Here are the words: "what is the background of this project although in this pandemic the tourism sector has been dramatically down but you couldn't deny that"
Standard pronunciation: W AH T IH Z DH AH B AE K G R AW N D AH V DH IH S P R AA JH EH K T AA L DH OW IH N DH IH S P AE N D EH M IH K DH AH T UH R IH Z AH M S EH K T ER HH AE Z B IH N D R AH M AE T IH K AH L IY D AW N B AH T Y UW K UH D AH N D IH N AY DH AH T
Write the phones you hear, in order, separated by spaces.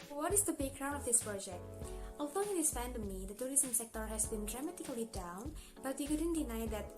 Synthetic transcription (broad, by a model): W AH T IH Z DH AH B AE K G R AW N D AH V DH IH S P R AA JH EH K T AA L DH OW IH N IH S F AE N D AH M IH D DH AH T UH R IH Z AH M S EH K T ER HH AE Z B IH N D R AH M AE T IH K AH L IY D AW N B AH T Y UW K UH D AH N D IH N AY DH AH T